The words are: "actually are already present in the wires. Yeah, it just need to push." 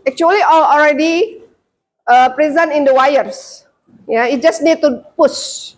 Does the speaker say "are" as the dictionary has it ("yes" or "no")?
no